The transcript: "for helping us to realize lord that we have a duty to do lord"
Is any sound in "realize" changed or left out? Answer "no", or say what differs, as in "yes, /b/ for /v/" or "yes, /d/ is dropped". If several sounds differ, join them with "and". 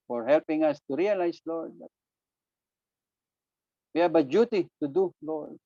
yes, /s/ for /z/